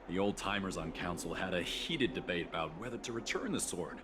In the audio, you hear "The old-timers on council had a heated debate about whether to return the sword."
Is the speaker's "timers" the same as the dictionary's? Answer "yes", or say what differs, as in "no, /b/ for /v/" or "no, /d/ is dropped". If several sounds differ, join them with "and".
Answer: yes